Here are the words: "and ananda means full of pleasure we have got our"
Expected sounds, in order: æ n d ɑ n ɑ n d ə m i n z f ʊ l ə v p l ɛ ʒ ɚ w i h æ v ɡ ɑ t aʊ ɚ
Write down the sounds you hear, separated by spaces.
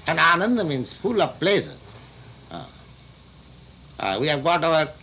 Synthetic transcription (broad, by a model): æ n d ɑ n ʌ n d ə m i n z f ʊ l ə v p l ɛ s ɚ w i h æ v ɡ ɑ t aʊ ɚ